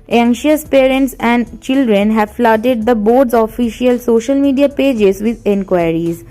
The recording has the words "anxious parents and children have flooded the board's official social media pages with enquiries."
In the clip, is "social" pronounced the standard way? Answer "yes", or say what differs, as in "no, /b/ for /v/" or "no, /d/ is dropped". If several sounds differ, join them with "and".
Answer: yes